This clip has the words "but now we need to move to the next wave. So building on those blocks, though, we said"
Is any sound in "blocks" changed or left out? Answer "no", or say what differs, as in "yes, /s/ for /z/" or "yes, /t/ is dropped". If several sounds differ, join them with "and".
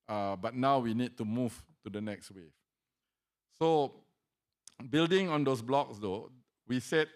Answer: no